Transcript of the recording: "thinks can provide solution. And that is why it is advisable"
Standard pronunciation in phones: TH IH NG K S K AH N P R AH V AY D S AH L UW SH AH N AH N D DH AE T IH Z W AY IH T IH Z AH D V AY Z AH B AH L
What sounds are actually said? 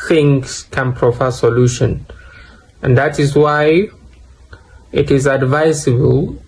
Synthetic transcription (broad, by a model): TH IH NG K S K AH N P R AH F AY S AH L UW SH AH N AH N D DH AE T IH Z W AY IH T IH Z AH D V AY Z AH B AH L